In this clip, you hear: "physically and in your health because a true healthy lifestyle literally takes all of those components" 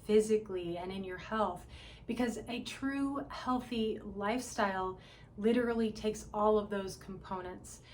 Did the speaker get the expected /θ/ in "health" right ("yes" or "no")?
yes